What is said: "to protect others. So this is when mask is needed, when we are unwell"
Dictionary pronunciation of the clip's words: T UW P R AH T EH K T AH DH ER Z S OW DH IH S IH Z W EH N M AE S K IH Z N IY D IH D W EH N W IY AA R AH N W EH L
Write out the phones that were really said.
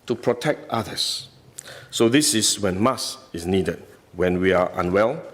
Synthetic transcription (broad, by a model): T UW P R AH T EH K T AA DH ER S OW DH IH S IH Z W EH N M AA S IH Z N IY D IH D W EH N W IY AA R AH N W EH L